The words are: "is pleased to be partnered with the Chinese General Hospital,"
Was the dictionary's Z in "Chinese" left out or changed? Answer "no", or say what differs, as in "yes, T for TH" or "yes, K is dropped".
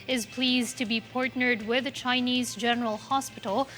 no